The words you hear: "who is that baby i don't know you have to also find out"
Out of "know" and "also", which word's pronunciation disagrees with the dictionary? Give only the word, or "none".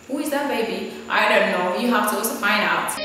also